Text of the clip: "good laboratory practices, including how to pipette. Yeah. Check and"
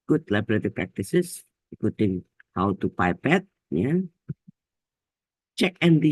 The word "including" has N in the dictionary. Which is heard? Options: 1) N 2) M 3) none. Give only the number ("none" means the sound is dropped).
3